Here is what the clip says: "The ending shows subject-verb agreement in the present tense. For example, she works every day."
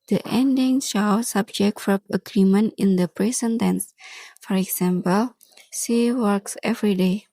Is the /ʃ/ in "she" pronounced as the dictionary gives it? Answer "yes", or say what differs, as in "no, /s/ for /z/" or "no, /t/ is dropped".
no, /s/ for /ʃ/